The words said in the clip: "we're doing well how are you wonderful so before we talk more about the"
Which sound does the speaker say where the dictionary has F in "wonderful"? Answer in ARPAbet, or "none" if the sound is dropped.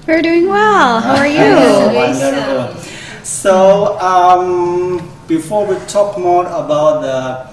none